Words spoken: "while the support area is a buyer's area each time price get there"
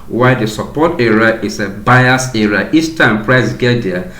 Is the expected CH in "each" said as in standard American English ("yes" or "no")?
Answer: no